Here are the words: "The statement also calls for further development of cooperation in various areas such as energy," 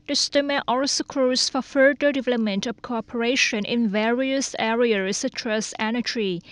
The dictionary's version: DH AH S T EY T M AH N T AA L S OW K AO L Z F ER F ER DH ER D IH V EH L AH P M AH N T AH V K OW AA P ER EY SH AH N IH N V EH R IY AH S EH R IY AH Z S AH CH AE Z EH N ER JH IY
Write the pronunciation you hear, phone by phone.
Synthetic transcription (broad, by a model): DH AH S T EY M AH T AA L S OW K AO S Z F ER F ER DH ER D IH V EH L AH P M AH N T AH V K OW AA P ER EY SH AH N IH N V EH R IY AH S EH R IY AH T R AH S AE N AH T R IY